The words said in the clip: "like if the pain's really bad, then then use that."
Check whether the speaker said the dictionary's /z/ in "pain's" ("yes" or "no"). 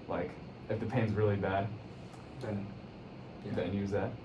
yes